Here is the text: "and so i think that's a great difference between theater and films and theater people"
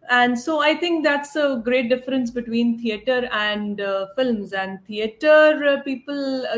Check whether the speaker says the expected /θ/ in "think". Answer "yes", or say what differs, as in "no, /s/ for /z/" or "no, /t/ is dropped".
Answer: no, /t/ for /θ/